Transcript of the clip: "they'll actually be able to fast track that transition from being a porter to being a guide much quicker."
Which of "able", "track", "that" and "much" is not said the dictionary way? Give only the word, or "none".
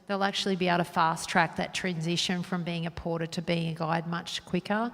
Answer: able